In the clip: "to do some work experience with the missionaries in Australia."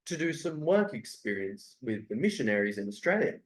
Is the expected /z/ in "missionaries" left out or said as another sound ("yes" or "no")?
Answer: no